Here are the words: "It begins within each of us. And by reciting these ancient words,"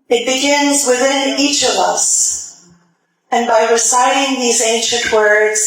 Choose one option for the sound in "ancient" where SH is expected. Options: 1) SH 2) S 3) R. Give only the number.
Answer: 1